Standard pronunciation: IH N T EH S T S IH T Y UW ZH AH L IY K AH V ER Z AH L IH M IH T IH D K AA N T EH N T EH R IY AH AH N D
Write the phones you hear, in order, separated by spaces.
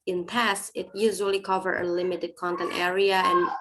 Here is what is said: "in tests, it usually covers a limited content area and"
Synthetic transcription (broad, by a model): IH N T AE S S IH T Y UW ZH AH L IY K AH V ER AH L IH M IH T IH D K AA N T EH N T EH R IY AH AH N